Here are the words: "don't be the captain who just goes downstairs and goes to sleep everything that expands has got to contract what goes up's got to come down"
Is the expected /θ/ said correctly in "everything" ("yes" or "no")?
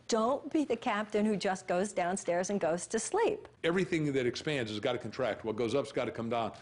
yes